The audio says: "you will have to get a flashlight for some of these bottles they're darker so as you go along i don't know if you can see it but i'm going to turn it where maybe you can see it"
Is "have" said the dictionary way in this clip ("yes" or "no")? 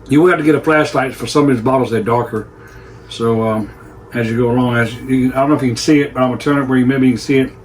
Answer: no